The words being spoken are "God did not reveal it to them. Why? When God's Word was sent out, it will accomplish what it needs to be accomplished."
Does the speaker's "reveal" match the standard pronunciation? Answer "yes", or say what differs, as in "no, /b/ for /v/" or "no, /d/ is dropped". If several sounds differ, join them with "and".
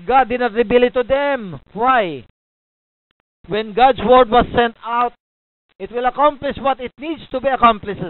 no, /b/ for /v/